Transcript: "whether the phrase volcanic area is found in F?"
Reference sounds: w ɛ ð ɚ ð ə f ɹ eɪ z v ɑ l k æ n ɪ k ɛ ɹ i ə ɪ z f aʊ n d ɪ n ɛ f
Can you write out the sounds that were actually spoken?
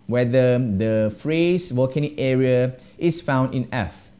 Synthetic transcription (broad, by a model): w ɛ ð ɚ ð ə f ɹ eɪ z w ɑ k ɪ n ɛ ɹ i ə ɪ s f aʊ n d ɪ n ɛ f